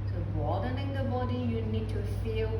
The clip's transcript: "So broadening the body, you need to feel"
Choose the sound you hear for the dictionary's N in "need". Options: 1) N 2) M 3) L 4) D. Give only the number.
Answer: 1